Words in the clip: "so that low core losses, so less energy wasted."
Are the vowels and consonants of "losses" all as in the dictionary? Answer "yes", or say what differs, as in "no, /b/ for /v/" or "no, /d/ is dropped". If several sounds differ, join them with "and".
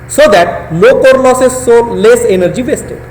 no, /n/ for /l/